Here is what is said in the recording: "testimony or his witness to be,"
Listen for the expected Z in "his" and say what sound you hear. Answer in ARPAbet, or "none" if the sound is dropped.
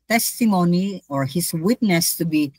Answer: S